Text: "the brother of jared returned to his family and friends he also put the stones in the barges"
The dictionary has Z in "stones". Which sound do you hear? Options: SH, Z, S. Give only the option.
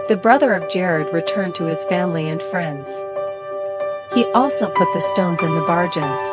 Z